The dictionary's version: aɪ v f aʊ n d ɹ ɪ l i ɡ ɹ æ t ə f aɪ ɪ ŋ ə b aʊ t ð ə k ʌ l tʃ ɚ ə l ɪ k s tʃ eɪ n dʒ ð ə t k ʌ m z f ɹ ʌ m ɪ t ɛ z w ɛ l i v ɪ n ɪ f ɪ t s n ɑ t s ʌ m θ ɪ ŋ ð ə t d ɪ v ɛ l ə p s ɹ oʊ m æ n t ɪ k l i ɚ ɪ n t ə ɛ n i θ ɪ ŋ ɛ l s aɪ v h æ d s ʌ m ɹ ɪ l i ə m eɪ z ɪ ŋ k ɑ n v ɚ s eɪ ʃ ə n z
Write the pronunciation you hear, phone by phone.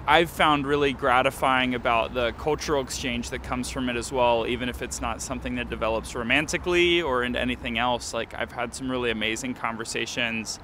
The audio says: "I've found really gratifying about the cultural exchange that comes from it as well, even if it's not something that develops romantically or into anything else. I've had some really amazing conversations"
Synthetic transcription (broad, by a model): aɪ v f aʊ n d ɹ ɪ l i ɡ ɹ æ t ə f aɪ ɪ ŋ ə b aʊ t ð ə k ʌ l tʃ ɚ l ɪ k s tʃ eɪ n dʒ ð ə t k ʌ m z f ɹ ʌ m ɪ t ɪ z w ɛ l i v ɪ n ɪ f ɪ t s n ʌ t s ʌ m θ ɪ ŋ ð ə t d ɪ v ɛ l ə p s ɹ oʊ m æ n t ɪ k l i ɚ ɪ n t ɛ n i θ ɪ ŋ ɛ l s aɪ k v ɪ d s ʌ m ɹ ɪ l i ə m eɪ z ɪ ŋ k ɑ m v ɚ s eɪ ʃ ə n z